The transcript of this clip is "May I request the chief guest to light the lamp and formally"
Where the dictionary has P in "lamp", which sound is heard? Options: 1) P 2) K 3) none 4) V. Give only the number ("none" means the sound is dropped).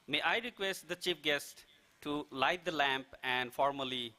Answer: 1